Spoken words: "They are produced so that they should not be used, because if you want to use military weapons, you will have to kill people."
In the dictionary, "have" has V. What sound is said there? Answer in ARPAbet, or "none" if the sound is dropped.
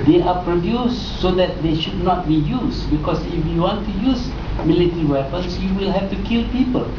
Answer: F